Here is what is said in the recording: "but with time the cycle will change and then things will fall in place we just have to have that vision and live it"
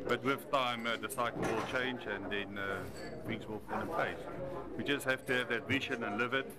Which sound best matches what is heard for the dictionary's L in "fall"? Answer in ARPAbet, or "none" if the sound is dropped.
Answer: N